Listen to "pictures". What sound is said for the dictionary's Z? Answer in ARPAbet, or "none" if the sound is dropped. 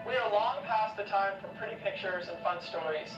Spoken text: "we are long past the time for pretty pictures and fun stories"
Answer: Z